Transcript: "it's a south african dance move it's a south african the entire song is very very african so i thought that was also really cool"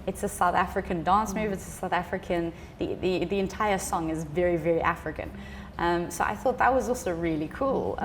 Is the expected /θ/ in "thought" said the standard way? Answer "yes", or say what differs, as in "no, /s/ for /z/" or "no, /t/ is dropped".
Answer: yes